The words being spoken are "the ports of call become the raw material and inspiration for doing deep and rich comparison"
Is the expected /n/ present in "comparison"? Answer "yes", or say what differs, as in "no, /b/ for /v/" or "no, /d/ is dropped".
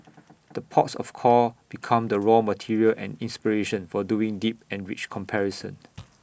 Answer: yes